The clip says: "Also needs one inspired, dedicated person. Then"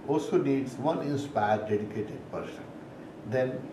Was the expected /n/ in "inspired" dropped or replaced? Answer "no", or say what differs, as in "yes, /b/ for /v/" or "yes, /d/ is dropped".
no